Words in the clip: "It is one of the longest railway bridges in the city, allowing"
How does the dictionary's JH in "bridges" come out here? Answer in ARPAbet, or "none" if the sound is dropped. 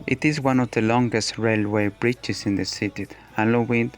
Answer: CH